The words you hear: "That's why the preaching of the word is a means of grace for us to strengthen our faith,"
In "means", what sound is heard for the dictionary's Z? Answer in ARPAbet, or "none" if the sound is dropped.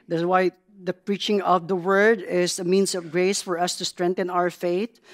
S